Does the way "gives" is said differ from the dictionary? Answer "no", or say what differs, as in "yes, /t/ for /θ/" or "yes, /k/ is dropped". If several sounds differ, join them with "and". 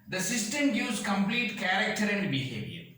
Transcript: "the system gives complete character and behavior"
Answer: yes, /v/ is dropped